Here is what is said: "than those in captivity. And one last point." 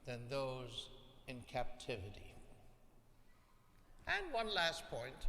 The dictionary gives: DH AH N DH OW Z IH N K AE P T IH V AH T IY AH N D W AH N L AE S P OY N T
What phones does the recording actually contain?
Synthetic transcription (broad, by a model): DH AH N DH OW Z IH N K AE P T IH V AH T IY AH N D W AH N L AE S P OY N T